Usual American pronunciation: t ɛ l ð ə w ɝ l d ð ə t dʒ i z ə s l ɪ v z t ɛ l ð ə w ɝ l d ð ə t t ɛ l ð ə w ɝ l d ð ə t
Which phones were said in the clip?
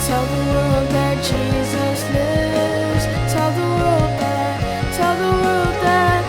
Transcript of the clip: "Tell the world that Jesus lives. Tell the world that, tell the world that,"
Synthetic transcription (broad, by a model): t ɛ l ð ə w ɝ l d ð ə t dʒ i z ə s l ɪ v z t ɛ l ð ə w ɝ l d ð ə t t ɛ l ð ə w ɝ l d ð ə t